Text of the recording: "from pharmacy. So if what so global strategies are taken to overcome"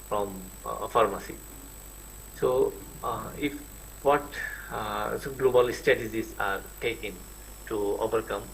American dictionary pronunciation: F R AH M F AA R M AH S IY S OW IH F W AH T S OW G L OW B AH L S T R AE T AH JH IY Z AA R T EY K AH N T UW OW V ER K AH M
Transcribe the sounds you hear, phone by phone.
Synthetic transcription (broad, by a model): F R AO M F AA R M AH S IY S OW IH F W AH T S OW G L OW B AH L S T EH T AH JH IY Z AA R T EY K AH N T UW OW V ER K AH M